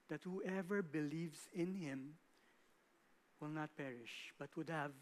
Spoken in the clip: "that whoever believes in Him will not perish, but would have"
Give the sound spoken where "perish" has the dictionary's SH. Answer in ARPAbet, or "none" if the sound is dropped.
SH